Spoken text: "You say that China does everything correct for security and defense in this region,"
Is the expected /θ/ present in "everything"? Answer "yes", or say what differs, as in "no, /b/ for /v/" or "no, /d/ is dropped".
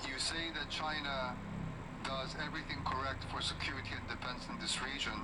yes